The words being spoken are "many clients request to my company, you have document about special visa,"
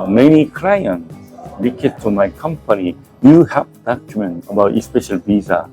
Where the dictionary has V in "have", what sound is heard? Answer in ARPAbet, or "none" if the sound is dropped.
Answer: P